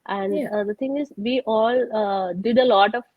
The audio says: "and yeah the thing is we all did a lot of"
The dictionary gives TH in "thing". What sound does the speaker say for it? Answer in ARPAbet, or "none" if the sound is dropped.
T